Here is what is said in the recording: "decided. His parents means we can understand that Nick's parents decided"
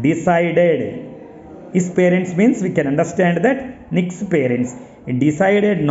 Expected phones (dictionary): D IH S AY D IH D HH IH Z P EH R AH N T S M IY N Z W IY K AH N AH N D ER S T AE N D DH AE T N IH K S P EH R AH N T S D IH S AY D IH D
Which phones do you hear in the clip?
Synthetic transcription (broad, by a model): D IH S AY D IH D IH S P EH R AH N T S M IY N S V IY K AH N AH N D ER S T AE N D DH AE T N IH K S P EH R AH N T S D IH S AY D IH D